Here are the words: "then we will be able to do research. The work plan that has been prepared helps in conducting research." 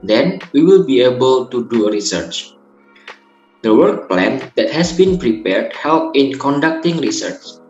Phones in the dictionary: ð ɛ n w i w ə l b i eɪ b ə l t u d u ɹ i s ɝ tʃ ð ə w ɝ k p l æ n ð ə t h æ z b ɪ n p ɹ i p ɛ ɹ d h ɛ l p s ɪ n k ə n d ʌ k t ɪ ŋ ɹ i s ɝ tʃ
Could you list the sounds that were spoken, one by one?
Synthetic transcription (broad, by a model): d ɛ n w i w ə l b i eɪ b ə l t u d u ɹ i s ɝ tʃ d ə w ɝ k p l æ n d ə t h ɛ s b ɪ n p ɹ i p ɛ ɹ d h ɛ l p ɪ n k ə n d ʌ k t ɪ ŋ ɹ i s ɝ tʃ